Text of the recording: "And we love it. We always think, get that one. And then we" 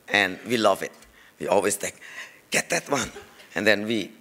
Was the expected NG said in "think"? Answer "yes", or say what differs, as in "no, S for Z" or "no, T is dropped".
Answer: no, NG is dropped